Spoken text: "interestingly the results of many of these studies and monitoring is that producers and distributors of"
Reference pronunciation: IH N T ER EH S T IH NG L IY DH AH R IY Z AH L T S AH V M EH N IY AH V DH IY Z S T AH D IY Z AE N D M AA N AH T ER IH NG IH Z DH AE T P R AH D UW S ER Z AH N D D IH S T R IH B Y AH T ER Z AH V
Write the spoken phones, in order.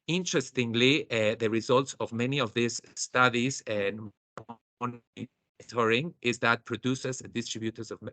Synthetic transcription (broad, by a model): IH N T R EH S T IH NG L IY DH AH R IY Z AH L T S AH V M EH N IY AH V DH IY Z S T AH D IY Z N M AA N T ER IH NG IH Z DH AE T P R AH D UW S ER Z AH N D D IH S T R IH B Y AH T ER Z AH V